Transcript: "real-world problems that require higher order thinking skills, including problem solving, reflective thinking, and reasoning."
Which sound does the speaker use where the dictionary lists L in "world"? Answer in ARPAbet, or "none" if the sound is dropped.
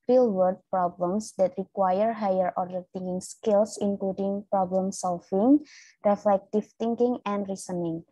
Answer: none